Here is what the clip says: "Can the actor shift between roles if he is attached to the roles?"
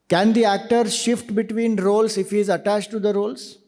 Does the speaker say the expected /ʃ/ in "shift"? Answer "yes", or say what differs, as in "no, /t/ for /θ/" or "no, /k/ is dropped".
yes